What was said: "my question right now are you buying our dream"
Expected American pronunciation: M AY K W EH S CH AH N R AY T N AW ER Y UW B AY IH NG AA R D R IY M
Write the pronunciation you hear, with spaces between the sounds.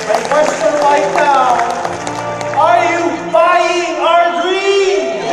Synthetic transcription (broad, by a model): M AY K W EH S CH AH N L AY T N AW ER Y UW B AY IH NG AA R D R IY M